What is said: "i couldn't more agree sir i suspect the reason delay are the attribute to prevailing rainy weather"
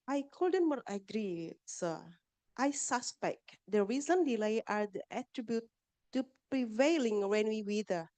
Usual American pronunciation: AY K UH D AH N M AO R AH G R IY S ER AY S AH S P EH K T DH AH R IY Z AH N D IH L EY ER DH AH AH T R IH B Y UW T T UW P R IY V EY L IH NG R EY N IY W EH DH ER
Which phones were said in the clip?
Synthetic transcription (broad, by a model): AY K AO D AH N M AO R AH G R IY S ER AY S AH S P EH K T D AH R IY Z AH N D IH L EY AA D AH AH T R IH B Y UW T T UW P R IY V EY L IH NG W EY N IY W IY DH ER